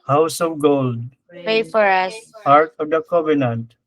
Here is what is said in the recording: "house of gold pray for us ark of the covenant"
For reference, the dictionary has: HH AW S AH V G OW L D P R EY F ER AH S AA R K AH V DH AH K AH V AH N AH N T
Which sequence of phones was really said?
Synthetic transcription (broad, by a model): HH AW S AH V G OW L D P EY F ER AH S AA R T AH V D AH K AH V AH N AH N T